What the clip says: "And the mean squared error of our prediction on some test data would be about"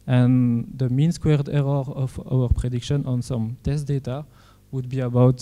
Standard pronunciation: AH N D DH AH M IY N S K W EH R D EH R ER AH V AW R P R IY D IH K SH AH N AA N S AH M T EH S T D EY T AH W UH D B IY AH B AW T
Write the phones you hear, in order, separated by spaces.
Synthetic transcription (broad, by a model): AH N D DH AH M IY N S K W EH R D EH R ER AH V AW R P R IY D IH K SH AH N AA N S AH M T EH S T D EY T AH W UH D B IY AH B AW T